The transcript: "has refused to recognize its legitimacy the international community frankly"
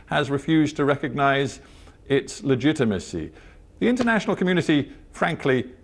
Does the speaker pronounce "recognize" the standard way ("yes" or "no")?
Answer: yes